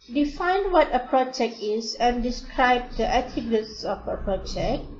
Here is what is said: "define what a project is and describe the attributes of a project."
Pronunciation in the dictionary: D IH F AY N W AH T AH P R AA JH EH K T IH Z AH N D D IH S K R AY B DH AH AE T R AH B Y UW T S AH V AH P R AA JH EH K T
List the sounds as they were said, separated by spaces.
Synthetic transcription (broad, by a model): D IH F AY N W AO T AH P R AA JH EH K T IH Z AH N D D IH S K R AY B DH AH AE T AH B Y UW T S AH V AH P R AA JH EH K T